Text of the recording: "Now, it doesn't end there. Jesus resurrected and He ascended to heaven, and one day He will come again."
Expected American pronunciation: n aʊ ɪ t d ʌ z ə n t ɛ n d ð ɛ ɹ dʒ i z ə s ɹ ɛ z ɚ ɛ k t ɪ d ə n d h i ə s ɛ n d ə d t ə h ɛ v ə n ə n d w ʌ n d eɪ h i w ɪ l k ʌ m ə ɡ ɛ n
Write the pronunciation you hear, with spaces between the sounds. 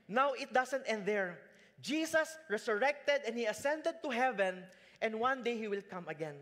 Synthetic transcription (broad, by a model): n aʊ ɪ t d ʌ s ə n t ɛ n d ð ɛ ɹ dʒ i s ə s ɹ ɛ s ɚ ɛ k t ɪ d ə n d h i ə s ɛ n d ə d t ə h ɛ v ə n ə n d w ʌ n d eɪ h i w ɪ l k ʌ m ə ɡ ɛ n